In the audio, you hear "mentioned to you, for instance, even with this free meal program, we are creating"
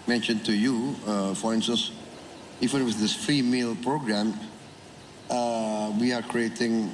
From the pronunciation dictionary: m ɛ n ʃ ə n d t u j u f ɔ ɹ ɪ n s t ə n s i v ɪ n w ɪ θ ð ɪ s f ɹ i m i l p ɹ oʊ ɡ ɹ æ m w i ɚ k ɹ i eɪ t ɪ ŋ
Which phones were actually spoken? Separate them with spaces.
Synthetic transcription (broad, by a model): m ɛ n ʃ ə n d t u j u f ɔ ɹ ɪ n s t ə n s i f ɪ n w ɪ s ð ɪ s f ɹ i m i l p ɹ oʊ ɡ ɹ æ m w i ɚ k ɹ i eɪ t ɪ ŋ